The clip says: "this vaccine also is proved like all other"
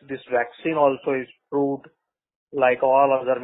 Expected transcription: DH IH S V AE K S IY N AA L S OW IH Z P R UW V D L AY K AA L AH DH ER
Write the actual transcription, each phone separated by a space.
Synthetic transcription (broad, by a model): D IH S V AE K S IY N AA L S OW IH Z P R UW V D L AY K AA L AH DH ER